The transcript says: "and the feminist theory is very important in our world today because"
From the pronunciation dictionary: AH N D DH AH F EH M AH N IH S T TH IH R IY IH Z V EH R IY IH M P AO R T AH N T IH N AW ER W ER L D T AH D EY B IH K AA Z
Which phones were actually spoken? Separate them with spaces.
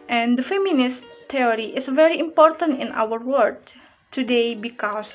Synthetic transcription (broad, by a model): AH N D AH F EH M AH N IH S T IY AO R IY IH S V EH R IY IH M P AO R T AH N T IH N AW ER W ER D T AH D EY B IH K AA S